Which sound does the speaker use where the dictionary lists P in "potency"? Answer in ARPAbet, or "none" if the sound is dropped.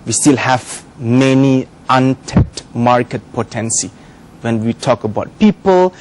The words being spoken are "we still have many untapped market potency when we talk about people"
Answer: P